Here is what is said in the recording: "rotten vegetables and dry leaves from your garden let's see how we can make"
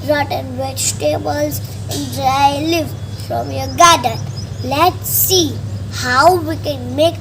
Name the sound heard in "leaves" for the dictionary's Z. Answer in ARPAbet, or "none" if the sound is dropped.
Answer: none